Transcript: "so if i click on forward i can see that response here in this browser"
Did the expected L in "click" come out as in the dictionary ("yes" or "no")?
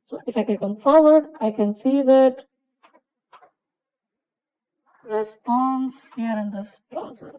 no